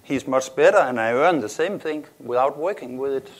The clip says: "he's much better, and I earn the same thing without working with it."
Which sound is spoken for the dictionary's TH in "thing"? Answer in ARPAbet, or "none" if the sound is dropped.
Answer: TH